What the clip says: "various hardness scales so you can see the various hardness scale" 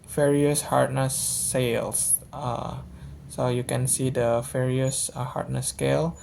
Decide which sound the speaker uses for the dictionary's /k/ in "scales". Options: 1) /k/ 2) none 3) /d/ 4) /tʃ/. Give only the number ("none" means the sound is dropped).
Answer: 2